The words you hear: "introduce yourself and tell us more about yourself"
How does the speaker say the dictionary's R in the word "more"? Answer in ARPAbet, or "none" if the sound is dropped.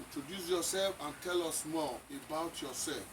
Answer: L